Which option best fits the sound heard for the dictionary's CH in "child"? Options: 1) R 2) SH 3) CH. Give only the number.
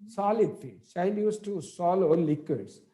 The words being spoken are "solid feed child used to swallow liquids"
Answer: 2